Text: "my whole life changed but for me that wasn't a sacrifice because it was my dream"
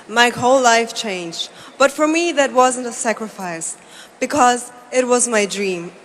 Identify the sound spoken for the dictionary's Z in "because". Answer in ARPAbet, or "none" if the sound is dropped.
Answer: Z